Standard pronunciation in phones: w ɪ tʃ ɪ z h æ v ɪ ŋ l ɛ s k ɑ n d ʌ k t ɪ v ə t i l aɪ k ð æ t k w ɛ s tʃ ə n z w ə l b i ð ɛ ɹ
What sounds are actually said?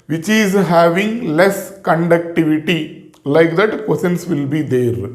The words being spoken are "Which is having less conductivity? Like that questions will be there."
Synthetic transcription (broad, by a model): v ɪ tʃ ɪ z h æ v ɪ ŋ l ɛ s k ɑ n d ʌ k t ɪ v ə t i l aɪ k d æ t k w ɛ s ə n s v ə l b i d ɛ ɹ